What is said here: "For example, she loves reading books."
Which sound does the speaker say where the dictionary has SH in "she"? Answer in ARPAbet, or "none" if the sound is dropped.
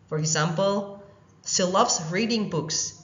S